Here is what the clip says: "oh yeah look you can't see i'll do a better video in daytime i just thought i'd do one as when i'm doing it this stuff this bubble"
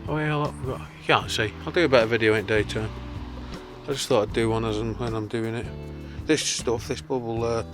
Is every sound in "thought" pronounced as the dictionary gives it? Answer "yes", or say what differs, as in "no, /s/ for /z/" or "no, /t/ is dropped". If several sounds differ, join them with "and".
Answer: yes